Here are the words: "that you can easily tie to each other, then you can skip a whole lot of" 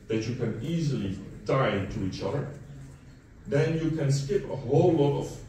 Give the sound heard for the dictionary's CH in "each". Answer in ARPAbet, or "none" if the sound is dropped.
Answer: CH